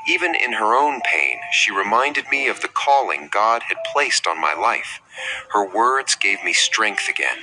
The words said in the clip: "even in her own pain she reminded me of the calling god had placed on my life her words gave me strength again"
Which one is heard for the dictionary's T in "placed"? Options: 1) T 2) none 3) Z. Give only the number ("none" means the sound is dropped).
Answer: 1